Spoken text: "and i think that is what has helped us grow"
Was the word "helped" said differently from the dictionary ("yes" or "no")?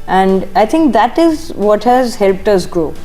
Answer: no